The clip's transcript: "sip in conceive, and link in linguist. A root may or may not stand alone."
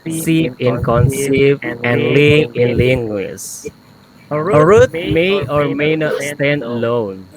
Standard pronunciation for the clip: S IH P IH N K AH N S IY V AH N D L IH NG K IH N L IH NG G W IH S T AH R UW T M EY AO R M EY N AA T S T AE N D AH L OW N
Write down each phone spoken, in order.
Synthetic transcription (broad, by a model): S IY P IH N K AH N S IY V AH N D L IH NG IH N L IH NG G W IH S AH R UW T M EY AO R M EY N AA T S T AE N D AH L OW N